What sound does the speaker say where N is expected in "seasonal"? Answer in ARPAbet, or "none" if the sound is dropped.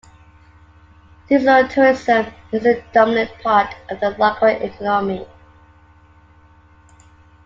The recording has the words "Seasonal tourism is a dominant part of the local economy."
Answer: none